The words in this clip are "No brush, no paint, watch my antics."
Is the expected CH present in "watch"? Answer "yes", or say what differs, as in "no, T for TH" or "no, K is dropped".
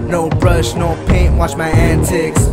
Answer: yes